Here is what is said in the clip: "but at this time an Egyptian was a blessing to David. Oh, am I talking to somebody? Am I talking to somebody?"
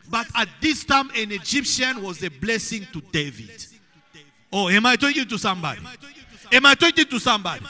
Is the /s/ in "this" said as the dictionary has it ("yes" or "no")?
yes